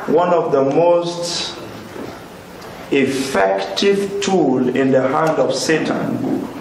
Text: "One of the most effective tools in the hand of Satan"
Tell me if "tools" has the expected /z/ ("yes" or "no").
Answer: no